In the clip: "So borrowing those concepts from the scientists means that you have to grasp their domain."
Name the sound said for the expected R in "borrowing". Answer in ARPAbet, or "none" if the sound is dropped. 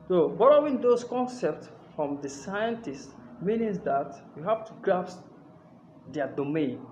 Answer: L